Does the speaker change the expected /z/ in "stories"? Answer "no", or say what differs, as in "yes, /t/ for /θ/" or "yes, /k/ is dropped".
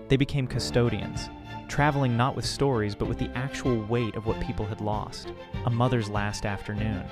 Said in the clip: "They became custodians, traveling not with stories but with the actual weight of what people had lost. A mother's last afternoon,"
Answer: no